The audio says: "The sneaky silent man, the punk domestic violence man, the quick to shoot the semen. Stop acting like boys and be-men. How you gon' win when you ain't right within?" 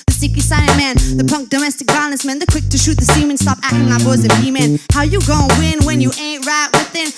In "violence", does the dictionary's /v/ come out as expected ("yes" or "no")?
no